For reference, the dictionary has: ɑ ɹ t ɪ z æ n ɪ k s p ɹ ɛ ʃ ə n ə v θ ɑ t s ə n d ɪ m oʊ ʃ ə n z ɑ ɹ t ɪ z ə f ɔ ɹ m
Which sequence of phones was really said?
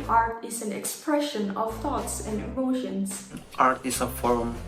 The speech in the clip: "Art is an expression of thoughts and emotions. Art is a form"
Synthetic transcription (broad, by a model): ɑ ɹ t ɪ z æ n ɪ k s p ɹ ɛ ʃ ə n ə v θ ɑ t s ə n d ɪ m oʊ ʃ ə n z ɑ ɹ t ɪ s ə f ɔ ɹ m